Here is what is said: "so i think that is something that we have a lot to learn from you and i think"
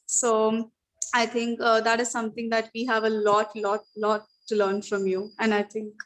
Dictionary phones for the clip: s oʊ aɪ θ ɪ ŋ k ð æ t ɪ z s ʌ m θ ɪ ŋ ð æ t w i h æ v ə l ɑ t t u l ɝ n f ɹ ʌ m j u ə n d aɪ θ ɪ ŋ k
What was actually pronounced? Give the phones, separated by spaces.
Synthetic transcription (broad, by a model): s oʊ aɪ t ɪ ŋ k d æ t ɪ z s ʌ m t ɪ ŋ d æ t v i h æ v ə l ɑ t t u l ɝ n f ɹ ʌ m j u ə n d aɪ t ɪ ŋ k